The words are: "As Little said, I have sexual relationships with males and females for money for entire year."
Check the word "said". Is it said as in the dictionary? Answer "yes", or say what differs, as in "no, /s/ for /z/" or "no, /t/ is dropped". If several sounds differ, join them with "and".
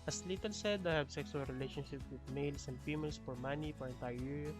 yes